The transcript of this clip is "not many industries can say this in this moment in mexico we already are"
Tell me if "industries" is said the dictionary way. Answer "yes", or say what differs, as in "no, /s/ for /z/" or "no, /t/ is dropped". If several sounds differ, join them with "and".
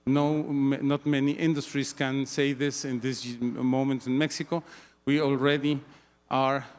no, /s/ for /z/